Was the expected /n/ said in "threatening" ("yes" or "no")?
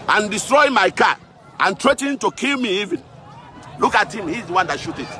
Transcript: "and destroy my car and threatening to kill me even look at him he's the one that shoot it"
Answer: no